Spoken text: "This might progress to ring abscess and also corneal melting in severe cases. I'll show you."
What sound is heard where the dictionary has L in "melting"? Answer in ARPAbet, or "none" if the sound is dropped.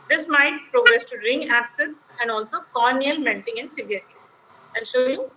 N